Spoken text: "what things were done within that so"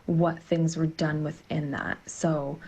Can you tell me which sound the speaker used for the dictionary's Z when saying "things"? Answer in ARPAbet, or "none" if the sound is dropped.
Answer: Z